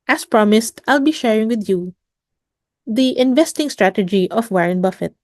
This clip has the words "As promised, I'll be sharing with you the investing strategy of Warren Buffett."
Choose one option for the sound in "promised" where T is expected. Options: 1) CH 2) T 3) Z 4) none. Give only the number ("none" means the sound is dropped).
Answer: 2